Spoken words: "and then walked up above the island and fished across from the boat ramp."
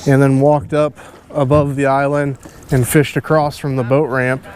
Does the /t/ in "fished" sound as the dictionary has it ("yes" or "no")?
yes